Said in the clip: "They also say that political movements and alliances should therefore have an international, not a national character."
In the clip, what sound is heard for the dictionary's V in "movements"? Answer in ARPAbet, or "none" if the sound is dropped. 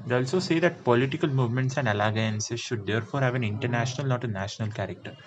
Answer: V